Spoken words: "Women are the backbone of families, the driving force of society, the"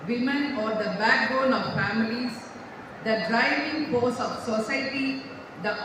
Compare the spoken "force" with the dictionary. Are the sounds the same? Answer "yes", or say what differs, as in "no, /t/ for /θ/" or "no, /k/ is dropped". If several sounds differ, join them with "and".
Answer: no, /p/ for /f/